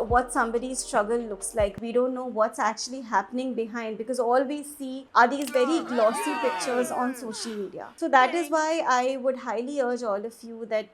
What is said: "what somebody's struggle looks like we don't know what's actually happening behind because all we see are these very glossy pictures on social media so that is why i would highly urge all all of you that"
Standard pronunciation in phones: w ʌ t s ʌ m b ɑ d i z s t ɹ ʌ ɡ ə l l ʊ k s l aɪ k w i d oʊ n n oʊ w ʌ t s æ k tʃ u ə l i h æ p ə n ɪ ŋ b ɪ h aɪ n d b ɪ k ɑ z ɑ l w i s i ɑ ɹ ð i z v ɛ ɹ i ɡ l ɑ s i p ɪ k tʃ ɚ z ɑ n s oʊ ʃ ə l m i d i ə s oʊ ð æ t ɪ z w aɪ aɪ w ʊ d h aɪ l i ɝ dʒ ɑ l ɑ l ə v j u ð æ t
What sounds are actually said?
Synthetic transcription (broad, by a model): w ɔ t s ʌ m b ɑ d i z s t ɹ ʌ ɡ ə l l ʊ k s l aɪ k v i d oʊ n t oʊ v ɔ t s æ k tʃ u ə l i h æ p ə n ɪ ŋ b ɪ h aɪ n d b ɪ k ɑ z ɑ l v i s i ɑ ɹ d i z v ɛ ɹ i ɡ l ɑ s i p ɪ k tʃ ɚ z ɑ n s oʊ ʃ ə l m i d i ə s oʊ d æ t ɪ z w aɪ aɪ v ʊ d h aɪ l i ɝ dʒ ɑ l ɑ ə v j u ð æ t